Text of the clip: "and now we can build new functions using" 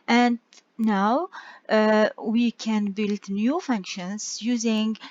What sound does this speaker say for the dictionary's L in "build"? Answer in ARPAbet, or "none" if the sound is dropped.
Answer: L